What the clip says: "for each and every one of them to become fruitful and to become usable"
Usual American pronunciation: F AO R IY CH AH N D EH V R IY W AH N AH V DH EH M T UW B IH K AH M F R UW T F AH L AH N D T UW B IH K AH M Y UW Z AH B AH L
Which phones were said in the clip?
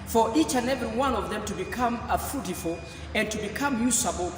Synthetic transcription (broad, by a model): F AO R IY CH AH N EH V R IY W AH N AH V DH EH M T UW B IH K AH M F UW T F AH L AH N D T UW B IH K AH M Y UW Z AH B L